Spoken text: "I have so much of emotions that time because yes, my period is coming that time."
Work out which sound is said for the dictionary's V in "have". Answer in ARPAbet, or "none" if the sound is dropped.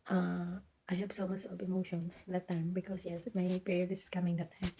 B